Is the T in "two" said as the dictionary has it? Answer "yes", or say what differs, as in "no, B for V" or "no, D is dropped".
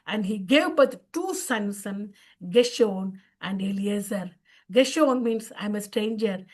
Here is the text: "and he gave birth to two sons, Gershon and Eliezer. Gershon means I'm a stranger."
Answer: no, S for T